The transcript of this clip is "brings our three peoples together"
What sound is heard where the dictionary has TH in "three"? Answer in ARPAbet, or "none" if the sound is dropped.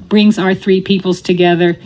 TH